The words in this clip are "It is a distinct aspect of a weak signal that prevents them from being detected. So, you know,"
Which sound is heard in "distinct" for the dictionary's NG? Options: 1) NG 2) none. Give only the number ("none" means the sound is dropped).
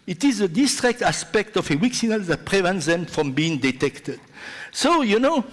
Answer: 2